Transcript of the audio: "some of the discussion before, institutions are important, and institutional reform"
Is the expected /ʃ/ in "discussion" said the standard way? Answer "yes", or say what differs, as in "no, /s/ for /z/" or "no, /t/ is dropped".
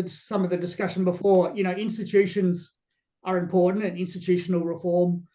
yes